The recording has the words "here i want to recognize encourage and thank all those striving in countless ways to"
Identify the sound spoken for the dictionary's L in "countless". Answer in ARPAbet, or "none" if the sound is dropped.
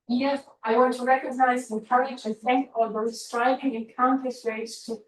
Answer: none